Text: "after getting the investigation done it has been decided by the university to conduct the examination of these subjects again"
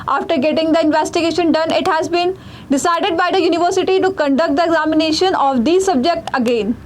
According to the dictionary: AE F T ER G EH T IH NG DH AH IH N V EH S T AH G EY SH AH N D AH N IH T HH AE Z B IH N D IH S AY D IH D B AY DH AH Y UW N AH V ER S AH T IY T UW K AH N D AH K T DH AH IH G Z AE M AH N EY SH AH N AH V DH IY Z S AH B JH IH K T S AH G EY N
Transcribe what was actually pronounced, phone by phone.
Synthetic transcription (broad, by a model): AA F T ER G EH T IH NG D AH IH N V EH S T AH G EY SH AH N D AH N IH T HH AE Z B IH N D IH S AY D IH D B AY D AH Y UW N AH V ER S AH T IY T UW K AH N D AH K T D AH IH G Z AE M AH N EY SH AH N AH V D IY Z S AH B JH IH K T AH G EY N